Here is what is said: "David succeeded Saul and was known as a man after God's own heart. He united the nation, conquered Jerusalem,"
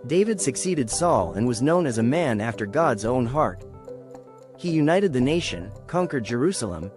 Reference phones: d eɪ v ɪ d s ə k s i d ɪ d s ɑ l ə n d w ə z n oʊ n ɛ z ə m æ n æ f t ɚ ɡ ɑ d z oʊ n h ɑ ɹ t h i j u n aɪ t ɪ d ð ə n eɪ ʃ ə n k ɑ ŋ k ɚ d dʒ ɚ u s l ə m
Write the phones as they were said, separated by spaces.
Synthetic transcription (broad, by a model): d eɪ v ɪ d s ə k s i d ɪ d s ɑ l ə n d w ə z n oʊ n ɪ z ə m æ n æ f t ɚ ɡ ɑ d z oʊ n h ɑ ɹ t h i j u n aɪ t ɪ d ð ə n eɪ ʃ ə n k ɑ ŋ k ɚ d dʒ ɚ u s l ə m